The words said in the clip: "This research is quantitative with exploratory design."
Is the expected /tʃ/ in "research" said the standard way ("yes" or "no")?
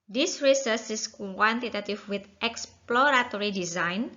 no